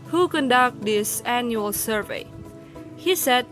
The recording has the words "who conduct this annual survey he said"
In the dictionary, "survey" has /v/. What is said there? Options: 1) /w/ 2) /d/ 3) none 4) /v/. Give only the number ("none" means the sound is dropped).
4